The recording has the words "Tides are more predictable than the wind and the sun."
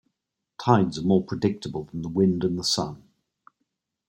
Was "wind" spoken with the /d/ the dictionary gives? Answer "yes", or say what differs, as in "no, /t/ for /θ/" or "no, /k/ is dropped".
yes